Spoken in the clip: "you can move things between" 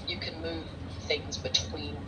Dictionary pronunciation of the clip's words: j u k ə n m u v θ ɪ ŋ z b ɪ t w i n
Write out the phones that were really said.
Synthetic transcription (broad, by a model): j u k ə n m u v θ ɪ ŋ z b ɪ t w i n